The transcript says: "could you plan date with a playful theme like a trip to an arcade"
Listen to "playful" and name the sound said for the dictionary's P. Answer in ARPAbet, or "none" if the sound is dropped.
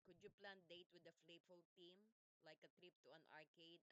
F